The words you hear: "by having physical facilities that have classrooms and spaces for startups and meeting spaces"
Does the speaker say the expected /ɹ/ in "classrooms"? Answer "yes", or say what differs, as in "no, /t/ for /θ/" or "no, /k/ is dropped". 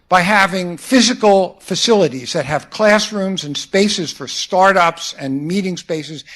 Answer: yes